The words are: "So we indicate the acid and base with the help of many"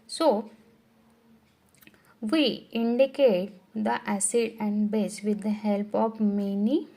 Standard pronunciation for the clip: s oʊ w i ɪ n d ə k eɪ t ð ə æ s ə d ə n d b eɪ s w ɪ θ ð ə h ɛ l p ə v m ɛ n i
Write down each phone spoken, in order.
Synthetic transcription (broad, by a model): s oʊ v i ɪ n d ə k eɪ t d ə æ s ə d ə n d b eɪ s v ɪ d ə h ɛ l p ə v m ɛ n i